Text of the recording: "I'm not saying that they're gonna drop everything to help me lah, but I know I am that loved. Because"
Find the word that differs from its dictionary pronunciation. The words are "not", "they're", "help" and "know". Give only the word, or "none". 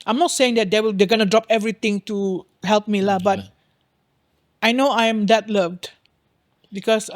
they're